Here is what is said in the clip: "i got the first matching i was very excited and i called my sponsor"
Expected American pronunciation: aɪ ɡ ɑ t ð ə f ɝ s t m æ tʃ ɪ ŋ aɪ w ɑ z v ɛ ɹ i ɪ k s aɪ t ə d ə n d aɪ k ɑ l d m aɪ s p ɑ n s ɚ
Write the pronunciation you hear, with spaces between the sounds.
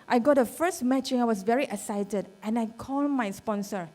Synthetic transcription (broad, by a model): aɪ ɡ ɑ t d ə f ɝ s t m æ tʃ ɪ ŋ aɪ w ɑ s v ɛ ɹ i ɪ k s aɪ t ə d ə n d aɪ k ɑ l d m aɪ s p ɑ n s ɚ